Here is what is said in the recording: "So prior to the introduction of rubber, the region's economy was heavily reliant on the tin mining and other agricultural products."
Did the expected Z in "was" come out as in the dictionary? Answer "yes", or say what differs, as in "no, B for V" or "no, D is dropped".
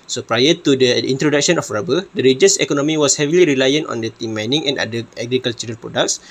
no, S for Z